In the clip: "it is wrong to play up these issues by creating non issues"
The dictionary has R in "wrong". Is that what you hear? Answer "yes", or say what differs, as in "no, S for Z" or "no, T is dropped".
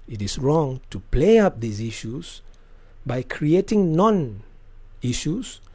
yes